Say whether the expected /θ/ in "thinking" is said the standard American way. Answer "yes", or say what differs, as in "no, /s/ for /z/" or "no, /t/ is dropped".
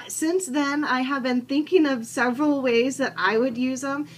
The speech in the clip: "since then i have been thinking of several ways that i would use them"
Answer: yes